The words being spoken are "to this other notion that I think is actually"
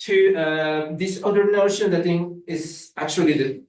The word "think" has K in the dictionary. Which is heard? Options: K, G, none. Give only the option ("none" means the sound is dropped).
none